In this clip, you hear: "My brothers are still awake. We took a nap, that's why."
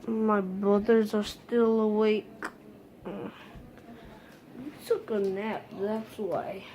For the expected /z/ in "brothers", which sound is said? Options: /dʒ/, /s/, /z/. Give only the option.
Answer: /z/